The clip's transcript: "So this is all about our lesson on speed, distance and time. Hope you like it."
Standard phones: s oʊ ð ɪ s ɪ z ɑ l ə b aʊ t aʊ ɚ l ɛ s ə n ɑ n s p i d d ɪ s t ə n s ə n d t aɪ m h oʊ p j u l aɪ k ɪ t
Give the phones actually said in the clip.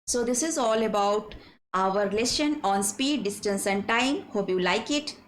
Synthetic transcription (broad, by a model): s oʊ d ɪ s ɪ z ɑ l ə b aʊ t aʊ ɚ l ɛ ʃ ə n ɑ n s p i d d ɪ s t ə n s ə n d t aɪ m h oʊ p j u l aɪ k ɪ t